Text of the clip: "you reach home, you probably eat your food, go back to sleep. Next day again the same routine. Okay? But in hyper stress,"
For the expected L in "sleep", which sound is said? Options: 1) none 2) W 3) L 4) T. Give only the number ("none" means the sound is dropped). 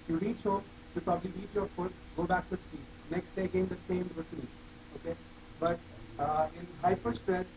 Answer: 1